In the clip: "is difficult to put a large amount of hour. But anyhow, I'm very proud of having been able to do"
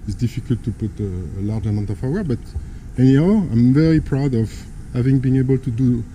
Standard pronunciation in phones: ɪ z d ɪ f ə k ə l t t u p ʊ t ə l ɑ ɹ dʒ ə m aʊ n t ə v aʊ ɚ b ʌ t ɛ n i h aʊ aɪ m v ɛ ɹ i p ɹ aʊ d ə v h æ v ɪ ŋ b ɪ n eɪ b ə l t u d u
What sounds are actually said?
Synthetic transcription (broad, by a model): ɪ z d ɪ f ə k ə l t t u p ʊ t ə l ɑ ɹ dʒ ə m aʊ t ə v aʊ ɚ b ʌ t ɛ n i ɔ aɪ m v ɛ ɹ i p ɹ aʊ d ə v h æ v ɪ ŋ b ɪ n eɪ b ə l t u d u